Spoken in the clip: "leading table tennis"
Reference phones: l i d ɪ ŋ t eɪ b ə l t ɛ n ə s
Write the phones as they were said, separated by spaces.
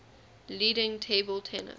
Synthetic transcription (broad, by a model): l i d ɪ ŋ t eɪ b ə l t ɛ n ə